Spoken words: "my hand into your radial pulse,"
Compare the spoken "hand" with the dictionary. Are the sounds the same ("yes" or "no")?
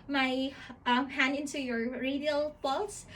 no